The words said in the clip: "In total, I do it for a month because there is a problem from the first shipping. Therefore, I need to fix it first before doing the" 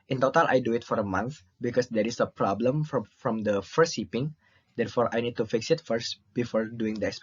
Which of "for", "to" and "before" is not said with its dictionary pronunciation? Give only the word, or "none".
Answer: none